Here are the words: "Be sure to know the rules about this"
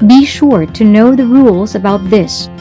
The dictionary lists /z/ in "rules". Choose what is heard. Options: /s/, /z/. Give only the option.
/z/